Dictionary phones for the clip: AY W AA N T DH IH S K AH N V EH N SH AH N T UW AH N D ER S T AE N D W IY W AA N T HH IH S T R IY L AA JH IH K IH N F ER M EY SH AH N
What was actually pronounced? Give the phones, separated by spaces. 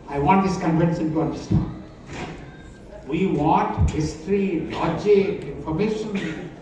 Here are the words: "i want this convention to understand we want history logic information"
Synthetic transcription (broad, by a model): AY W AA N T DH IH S K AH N F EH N S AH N T UW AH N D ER S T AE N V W IY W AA N T HH IH S T R IY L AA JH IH IH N F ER M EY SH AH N